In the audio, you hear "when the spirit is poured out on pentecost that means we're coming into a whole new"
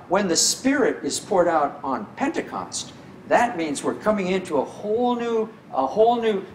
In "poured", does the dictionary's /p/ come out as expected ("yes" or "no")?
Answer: yes